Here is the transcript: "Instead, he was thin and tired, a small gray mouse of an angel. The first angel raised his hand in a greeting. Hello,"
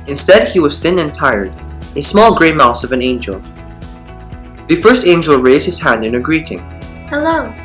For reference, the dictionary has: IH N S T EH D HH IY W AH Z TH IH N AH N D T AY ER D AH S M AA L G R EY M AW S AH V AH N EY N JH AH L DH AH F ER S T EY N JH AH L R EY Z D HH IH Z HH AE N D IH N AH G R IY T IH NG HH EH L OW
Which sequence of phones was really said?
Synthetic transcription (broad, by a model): IH N S T EH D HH IY W AH Z TH IH N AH N T AY ER D AH S M AA L G R EY M AW S AH V AH N EY N JH AH L DH AH F ER S T EY N JH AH L R EY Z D HH IH Z HH AE N D IH N AH G R IY T IH NG HH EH L OW